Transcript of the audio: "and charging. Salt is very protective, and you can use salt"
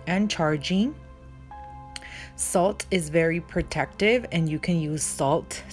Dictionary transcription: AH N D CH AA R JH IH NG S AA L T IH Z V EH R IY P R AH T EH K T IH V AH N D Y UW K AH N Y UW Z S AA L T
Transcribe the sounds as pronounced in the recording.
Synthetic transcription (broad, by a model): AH N CH AA R JH IH NG S AA L T IH Z V EH R IY P R AH T EH K T IH V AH N Y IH K AH N Y UW Z S AA L T